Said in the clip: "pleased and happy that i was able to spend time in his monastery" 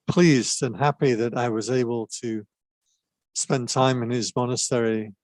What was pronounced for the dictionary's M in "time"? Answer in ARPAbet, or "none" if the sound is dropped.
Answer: M